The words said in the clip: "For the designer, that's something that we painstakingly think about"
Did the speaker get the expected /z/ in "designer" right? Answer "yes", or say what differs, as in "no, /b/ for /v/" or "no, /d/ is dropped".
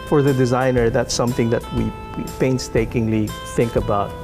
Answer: yes